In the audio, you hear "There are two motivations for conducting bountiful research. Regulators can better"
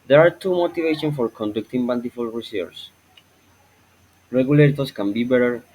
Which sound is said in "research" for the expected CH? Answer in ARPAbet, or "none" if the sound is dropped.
S